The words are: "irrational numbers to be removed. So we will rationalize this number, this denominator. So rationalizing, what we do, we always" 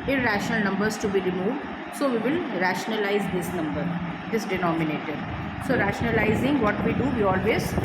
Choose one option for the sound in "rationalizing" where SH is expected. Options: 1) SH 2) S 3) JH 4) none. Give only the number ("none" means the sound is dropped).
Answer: 1